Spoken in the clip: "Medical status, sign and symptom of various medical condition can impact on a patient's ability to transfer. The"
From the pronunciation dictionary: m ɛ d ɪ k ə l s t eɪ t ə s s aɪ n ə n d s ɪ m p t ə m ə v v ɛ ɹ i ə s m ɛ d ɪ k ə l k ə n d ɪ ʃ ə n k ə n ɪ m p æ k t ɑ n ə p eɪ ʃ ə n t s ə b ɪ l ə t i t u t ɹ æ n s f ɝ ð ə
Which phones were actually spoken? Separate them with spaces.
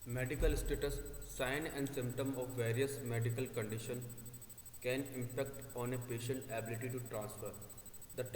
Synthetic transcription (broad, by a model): m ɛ d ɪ k ə l s t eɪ t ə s s aɪ n ə n d s ɪ m p t ə m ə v v ɛ ɹ i ə s m ɛ d ɪ k ə l k ə n d ɪ ʃ ə n k ə n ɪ m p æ k t ɑ n ə p eɪ ʃ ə n t ə b ɪ l ə t i t u t ɹ æ n s f ɝ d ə